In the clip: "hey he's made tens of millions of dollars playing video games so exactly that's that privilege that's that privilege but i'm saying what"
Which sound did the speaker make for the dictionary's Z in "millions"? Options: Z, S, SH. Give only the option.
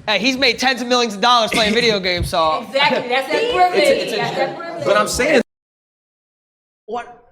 Z